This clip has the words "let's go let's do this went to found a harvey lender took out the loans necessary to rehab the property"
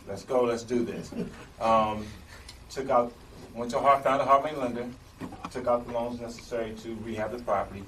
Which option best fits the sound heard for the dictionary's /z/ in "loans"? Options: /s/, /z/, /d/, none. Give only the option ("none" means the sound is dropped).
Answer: /z/